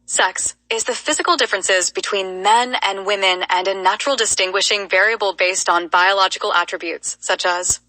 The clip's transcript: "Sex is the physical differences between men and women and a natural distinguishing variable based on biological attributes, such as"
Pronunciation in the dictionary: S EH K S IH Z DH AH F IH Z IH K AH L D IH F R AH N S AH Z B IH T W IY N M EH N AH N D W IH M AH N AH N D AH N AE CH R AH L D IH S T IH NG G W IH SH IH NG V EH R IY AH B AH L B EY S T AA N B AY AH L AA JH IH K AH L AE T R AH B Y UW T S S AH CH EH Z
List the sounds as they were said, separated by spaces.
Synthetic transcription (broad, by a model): S EH K S IH Z DH AH F IH Z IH K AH L D IH F R AH N S AH Z B IH T W IY N M EH N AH N W IH M AH N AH N AH N AE CH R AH L D IH S T IH NG G W IH SH IH NG V EH R IY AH B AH L B EY S T N B AY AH L AA JH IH K L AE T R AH B Y UW T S S AH CH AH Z